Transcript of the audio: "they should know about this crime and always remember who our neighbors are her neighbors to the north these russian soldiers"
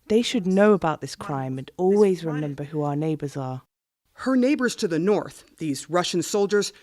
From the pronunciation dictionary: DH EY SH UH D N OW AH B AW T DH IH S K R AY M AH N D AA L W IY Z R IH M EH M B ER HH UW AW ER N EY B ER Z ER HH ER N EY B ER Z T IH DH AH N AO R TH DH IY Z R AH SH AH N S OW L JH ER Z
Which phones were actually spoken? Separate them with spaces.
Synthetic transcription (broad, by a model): DH EY SH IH D N OW AH B AW T DH IH S K R AY M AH N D AA L W IY Z R IH M EH M B ER HH UW AW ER N EY B ER Z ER HH ER N EY B ER Z T IH DH AH N AO R TH DH IY Z R AH SH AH N S OW L JH ER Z